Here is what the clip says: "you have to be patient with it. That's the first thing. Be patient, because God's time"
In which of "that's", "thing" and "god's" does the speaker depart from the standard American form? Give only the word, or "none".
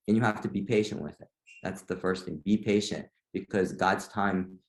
none